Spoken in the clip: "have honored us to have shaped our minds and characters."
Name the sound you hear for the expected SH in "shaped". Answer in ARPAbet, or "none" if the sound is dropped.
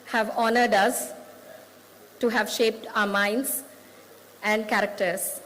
SH